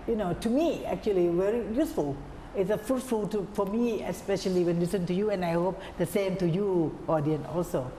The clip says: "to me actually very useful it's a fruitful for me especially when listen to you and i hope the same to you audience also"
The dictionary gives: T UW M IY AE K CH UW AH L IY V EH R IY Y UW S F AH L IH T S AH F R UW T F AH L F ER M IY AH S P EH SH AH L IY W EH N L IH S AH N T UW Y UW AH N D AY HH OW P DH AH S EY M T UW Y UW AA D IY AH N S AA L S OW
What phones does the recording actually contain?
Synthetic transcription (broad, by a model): T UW M IY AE K CH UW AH L IY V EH R IY Y UW S F AH L IH T S AH F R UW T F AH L F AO M IY AH S P EH SH AH L IY W EH N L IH S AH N T UW Y UW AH N AY HH OW P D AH S EY M T UW Y UW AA D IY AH N AA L S OW